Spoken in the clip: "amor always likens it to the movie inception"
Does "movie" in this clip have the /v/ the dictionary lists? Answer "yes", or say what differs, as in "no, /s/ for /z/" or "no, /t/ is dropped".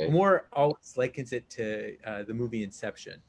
yes